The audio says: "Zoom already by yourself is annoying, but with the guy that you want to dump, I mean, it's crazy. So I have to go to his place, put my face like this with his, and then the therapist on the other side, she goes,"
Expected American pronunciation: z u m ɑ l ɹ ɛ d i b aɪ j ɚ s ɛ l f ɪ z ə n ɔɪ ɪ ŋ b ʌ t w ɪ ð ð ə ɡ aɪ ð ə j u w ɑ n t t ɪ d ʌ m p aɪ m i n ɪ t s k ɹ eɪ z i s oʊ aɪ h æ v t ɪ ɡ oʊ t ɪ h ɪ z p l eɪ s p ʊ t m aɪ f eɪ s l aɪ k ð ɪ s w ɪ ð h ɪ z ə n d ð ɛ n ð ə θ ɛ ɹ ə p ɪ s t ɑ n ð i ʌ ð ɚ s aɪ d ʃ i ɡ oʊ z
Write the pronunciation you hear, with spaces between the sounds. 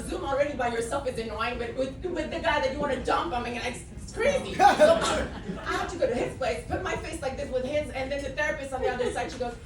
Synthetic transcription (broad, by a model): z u m l ɹ ɛ d i b aɪ j ɚ s ɛ l f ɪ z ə n ɔɪ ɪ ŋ b ʌ t w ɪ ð ð ə ɡ aɪ ð ə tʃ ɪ w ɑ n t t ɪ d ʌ m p aɪ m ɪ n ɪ s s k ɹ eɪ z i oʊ aɪ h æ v t ɪ ɡ oʊ t ɪ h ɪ s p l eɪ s p ʊ t m aɪ f eɪ s l aɪ k ð ɪ s w ɪ ð h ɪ z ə n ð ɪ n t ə θ ɛ ɹ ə p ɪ s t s n ð i ʌ ð ɚ s aɪ d ʃ i ɡ oʊ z